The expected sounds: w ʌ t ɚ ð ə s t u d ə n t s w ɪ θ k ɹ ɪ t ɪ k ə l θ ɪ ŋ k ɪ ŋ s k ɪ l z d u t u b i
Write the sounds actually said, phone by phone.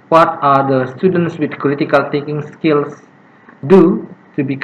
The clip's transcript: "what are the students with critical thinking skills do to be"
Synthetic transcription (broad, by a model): w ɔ t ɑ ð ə s t u d ə n t s w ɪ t k ɹ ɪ t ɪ k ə l t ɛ k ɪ ŋ s k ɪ l s d u t u b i